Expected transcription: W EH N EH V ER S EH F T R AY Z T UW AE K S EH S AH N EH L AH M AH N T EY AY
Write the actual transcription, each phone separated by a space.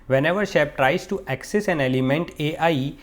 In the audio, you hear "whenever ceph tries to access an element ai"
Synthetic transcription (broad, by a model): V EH N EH V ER SH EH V T R AY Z T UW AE K S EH S AH N EH L AH M AH N T EY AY